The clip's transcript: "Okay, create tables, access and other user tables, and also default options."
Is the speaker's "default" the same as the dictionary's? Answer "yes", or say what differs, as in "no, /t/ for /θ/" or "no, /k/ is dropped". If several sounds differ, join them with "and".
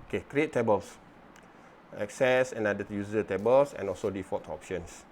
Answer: no, /l/ is dropped